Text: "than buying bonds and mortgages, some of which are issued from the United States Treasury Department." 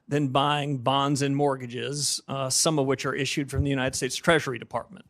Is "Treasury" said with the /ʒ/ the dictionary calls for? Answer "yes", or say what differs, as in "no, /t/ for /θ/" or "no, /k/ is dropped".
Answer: yes